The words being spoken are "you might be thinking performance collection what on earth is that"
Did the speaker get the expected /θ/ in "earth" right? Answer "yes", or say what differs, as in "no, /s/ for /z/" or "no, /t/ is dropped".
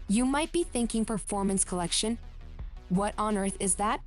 yes